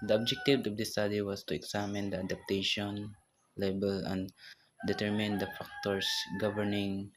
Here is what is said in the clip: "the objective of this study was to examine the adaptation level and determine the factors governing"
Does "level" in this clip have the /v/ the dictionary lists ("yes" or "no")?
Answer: no